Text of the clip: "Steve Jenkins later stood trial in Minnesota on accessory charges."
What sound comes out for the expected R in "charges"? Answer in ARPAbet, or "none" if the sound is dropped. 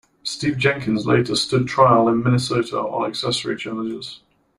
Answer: L